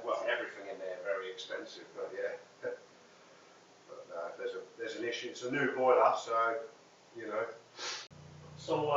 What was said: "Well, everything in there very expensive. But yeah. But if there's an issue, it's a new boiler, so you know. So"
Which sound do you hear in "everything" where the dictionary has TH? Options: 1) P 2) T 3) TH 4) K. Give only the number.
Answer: 3